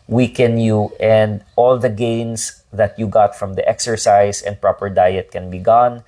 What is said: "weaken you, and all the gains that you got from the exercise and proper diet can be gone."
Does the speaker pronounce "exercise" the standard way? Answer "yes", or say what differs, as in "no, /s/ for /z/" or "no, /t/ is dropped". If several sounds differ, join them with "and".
no, /s/ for /z/